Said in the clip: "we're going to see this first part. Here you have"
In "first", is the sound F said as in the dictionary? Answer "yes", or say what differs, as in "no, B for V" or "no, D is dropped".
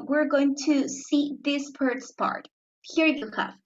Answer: no, P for F